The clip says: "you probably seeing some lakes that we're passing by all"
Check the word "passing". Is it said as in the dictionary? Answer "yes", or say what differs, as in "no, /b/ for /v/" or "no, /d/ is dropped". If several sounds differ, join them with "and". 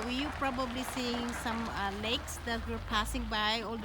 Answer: yes